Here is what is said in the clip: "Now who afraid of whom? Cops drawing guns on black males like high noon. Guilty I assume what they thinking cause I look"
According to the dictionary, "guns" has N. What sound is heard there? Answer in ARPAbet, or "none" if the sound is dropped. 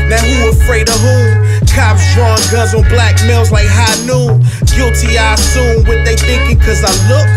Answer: none